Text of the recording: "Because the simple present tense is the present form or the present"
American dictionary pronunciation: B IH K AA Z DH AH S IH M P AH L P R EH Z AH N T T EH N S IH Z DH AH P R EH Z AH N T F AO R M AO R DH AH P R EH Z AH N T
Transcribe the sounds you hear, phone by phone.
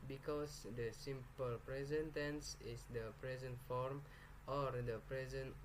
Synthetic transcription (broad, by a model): B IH K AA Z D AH S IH M P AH L P R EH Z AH N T T EH N S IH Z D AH P R EH Z AH N T F AO R M AO R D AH P R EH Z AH N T